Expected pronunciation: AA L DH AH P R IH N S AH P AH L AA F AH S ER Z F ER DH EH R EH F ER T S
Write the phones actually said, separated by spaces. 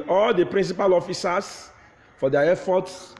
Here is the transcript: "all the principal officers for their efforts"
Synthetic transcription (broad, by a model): AA L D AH P R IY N S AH P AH L AA F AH S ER S F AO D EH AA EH F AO T S